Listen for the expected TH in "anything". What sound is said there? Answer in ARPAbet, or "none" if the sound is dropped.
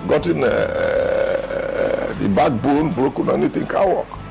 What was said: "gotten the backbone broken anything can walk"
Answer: T